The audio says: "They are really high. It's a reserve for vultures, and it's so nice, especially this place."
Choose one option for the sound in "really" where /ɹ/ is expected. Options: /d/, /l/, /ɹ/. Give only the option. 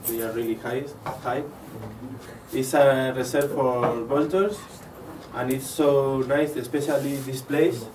/l/